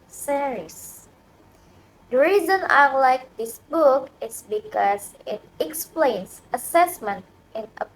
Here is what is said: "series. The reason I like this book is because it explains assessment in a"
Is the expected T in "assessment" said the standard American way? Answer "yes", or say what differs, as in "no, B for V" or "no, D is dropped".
yes